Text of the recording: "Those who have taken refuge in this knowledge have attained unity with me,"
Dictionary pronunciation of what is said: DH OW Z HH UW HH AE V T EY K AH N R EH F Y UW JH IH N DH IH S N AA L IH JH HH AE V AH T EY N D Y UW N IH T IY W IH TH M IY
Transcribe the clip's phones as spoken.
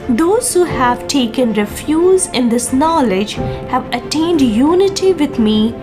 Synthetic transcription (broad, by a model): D OW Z HH UW HH AE V T EY K AH N R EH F Y UW Z IH N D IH S N AA L IH JH HH AE V AH T EY N D Y UW N IH T IY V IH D M IY